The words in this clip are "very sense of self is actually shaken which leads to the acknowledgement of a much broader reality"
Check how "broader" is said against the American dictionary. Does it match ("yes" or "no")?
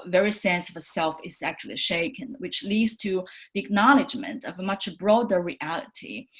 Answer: yes